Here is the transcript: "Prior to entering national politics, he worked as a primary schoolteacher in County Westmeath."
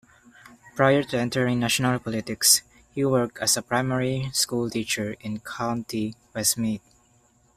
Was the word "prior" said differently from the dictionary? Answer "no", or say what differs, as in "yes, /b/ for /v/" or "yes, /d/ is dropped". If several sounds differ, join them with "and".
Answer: no